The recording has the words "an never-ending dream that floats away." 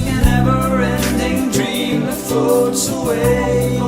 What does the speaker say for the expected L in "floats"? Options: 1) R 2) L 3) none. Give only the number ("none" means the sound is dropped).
3